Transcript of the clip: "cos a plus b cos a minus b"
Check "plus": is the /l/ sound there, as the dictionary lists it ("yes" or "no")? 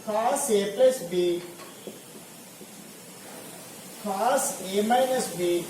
no